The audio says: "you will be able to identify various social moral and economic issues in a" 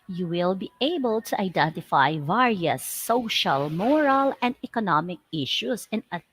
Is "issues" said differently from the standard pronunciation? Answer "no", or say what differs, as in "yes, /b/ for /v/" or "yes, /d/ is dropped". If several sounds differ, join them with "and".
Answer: yes, /s/ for /z/